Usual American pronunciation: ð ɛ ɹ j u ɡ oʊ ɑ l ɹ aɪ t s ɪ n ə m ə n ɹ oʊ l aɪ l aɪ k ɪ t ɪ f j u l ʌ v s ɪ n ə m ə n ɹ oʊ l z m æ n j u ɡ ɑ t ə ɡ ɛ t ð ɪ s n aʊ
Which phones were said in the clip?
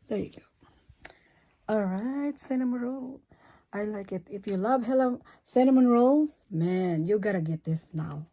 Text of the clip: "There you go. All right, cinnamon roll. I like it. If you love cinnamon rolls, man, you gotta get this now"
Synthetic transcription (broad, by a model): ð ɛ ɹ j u ɡ oʊ ɑ l ɹ aɪ t s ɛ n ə m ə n ɹ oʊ l aɪ l aɪ k ɪ t ɪ f j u l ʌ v s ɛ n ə m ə n ɹ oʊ l m æ n j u ɡ ɑ t ə ɡ ɛ t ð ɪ s n aʊ